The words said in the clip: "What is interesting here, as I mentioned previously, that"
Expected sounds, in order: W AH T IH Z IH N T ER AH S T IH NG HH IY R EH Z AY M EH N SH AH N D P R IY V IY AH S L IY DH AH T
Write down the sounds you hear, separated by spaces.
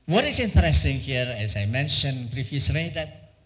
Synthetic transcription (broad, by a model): W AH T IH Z IH N T ER AH S T IH NG HH IY R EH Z AY M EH N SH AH N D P R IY F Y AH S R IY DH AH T